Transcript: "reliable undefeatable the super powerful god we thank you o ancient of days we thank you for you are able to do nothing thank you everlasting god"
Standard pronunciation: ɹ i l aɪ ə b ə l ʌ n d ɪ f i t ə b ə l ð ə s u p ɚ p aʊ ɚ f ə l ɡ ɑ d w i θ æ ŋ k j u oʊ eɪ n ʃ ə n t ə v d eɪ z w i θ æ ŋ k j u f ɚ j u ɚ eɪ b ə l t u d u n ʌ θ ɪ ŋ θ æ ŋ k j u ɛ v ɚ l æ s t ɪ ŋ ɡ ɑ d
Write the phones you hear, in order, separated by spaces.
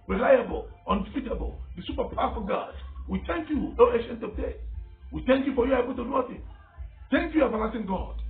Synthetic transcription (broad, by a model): ɹ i l aɪ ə b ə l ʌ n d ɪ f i t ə b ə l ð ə s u p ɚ p aʊ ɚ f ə ɡ ɑ d w i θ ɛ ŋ k j u oʊ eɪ ʃ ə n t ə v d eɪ w i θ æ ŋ k j u f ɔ j u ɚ eɪ b ə l t u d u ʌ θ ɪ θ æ ŋ k j u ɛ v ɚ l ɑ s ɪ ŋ ɡ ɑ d